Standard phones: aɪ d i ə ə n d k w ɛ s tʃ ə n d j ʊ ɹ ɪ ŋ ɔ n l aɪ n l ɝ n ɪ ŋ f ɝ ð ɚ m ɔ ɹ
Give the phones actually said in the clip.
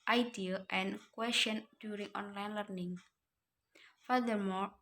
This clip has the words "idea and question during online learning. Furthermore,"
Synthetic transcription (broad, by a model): aɪ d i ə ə n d k w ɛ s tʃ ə n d j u ɹ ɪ ŋ ɔ n l aɪ n l ɝ n ɪ ŋ f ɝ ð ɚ m ɔ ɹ